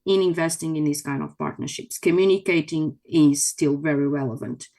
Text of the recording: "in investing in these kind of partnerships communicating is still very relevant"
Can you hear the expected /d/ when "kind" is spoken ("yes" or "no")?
yes